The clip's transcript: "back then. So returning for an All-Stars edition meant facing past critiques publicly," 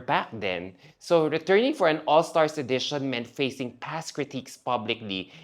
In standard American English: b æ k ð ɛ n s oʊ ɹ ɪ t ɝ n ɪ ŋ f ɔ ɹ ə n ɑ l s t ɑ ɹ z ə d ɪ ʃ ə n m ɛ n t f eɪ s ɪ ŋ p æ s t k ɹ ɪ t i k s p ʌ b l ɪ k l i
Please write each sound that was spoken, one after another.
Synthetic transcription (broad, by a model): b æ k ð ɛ n s oʊ ɹ ɪ t ɝ n ɪ ŋ f ɔ ɹ ə n ɑ l s t ɑ ɹ s ə d ɪ ʃ ə n m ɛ n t f eɪ s ɪ ŋ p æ s k ɹ ɪ t i k s p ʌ b l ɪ k l i